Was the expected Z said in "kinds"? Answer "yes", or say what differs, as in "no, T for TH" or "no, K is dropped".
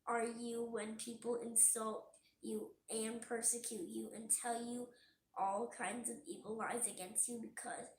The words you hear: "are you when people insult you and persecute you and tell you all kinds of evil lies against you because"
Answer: yes